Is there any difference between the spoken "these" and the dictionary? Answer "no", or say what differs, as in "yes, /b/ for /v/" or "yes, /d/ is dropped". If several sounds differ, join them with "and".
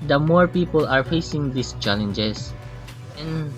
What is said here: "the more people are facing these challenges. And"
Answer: yes, /s/ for /z/